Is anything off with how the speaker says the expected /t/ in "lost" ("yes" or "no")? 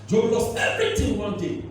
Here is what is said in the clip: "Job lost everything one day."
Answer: yes